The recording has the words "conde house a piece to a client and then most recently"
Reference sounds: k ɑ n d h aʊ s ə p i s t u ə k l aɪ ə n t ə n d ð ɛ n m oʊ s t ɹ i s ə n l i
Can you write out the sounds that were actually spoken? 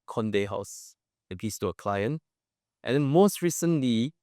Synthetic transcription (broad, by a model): k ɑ n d h aʊ s ə b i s t u ə k l aɪ ə n t ə n d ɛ n m oʊ s t ɹ i s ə n l i